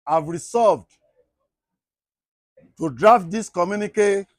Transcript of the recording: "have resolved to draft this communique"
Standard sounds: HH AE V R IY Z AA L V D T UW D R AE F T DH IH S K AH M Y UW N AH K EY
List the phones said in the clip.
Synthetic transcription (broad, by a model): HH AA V R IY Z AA V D T UW D R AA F T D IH S K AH M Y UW N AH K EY